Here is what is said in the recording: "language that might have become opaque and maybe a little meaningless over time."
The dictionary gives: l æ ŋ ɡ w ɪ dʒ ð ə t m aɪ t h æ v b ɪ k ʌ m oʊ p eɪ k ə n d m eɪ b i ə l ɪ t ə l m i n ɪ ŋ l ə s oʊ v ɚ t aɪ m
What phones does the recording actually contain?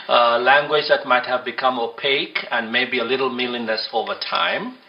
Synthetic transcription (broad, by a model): l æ ŋ ɡ w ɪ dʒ ð ə t m aɪ t h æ v b ɪ k ʌ m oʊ p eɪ k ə n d m eɪ b i ə l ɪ t l m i l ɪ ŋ n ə s oʊ v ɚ t aɪ m